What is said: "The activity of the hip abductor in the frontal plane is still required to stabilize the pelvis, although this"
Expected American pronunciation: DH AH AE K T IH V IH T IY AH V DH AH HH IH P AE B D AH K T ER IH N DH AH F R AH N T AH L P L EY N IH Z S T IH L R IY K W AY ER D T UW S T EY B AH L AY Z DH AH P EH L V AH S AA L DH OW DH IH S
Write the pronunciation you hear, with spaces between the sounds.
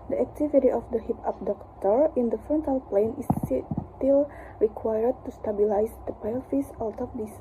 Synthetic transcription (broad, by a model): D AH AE K T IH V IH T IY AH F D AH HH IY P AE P D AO K T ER IH N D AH F R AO N T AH L P L EY N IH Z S T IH L R IY K W AY ER D T UW S T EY B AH L AY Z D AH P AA L F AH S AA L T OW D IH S